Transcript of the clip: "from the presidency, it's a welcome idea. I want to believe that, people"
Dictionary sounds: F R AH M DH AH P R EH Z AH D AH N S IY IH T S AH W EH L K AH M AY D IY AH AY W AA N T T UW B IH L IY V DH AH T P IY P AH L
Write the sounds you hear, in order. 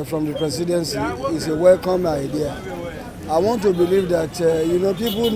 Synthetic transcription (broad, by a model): F R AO M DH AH P R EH S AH D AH N S IY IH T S AH W EH L K AH M AY D IY AH AY W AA N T T UW B IH L IY V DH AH T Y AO P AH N